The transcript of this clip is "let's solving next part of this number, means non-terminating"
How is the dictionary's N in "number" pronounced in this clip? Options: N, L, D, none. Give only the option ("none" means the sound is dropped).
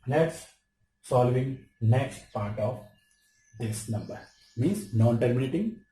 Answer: N